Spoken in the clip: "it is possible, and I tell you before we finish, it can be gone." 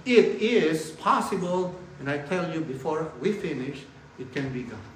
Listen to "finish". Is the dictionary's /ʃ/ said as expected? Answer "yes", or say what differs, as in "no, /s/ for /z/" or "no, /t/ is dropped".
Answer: yes